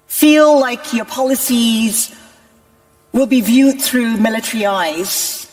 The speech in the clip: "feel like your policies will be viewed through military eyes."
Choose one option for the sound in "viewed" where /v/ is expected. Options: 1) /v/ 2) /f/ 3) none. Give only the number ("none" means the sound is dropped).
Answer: 1